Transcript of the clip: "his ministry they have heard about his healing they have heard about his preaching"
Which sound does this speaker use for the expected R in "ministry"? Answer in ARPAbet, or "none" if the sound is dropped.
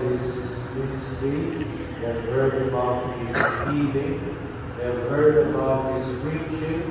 none